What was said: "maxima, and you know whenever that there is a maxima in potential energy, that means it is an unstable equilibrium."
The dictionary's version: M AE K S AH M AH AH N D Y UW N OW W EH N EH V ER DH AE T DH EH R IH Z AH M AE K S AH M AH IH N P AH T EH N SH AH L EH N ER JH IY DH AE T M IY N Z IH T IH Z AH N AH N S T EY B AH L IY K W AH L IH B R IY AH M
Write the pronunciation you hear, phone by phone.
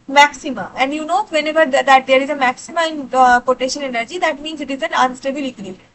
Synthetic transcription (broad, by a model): M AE K S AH M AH AH N D Y UW N OW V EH N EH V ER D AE T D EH R IH Z AH M AE K S AH M AH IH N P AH T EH SH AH N EH N ER JH IY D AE T M IY N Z IH T IH Z AH N AH N S T EY B AH L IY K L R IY